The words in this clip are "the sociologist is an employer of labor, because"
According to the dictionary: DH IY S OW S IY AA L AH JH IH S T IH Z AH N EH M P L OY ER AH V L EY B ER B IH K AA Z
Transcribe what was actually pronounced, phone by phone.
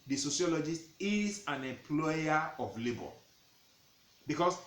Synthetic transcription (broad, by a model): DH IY S OW S IY AA L AH JH IH S T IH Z AH N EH M P L OY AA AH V L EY B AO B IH K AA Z